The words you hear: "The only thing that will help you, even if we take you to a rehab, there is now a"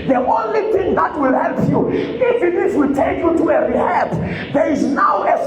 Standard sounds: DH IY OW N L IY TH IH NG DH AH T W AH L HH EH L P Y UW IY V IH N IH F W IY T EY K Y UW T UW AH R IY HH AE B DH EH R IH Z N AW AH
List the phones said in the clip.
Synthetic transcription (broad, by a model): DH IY OW N L IY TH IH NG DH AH T W AH L HH EH L P Y UW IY F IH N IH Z W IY T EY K Y UW T UW AH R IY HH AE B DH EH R IH Z N AW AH